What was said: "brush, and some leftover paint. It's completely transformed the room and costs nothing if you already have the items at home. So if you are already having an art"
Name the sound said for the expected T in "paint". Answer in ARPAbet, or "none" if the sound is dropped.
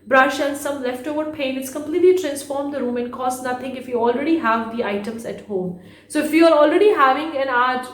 none